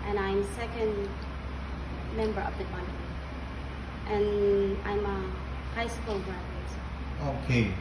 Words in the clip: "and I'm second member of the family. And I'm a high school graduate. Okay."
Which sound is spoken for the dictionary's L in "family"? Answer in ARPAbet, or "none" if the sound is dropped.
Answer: N